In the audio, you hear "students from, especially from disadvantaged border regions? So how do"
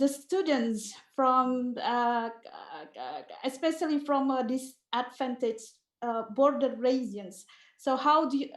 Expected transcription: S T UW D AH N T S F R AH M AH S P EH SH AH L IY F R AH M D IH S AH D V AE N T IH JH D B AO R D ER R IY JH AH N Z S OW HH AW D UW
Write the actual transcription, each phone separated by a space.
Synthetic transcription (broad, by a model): S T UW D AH N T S F R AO M AH S P EH SH AH L IY F R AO M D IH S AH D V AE N T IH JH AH B AO R D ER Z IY AH N S OW HH AW D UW